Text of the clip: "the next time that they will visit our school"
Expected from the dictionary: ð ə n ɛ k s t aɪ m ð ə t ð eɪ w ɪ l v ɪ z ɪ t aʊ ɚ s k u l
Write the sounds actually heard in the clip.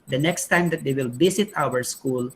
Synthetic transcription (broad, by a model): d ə n ɛ k s t aɪ m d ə t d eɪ w ɪ l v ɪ s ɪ t aʊ ɚ s k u l